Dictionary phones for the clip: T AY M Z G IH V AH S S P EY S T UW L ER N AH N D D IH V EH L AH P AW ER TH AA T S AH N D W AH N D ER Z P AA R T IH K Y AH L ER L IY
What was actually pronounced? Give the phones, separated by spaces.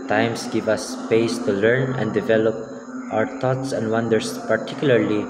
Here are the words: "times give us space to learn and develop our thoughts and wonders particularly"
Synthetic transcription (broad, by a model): T AY M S G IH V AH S S P EY S T UW L ER N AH N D D IH V EH L AH P AW ER T AA T S AH N D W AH N D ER S P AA R T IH K Y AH L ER L IY